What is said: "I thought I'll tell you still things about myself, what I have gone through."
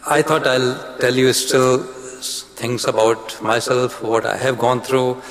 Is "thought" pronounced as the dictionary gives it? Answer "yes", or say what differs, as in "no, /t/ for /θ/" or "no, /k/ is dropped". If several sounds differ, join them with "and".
no, /t/ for /θ/